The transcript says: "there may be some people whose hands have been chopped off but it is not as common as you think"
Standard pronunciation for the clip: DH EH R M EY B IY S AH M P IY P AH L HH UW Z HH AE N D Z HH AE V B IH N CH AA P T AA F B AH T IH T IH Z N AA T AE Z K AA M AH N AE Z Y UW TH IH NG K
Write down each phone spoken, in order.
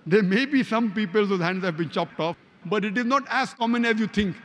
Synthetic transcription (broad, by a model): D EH R M EY B IY S AH M P IY P AH L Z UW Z HH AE N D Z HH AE V B IH N CH AA P T AA F B AH T IH T IH Z N AA T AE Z K AA M AH N AE Z Y UW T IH NG K